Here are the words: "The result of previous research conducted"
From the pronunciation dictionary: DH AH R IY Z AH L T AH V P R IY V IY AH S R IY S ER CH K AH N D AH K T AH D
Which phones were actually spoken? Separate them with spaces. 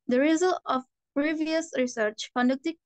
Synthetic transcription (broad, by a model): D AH R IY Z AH L AH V P R IY V IY AH S R IY S ER CH K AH N D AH K T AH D